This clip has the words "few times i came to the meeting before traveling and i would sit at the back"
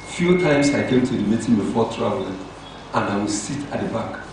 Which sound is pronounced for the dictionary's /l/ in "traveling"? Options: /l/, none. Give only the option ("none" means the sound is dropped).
none